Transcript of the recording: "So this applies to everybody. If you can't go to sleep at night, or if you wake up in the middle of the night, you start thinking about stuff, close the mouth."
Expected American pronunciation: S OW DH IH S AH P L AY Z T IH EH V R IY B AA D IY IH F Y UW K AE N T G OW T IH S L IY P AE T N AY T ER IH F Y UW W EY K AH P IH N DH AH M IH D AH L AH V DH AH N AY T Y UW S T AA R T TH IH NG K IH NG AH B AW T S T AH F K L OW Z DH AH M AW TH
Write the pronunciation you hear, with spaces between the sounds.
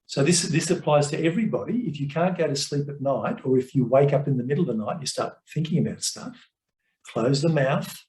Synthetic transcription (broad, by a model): S OW DH IH S AH P L AY Z T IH EH V R IY B AA D IY IH F Y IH K AE N G OW T IH S L IY P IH T N AY T ER IH F Y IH W EY K AH P IH N DH AH M IH D L AH V DH AH N AY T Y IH S T AA R T TH IH NG K IH NG AH B AW T S T AH F K L OW Z DH AH M AW TH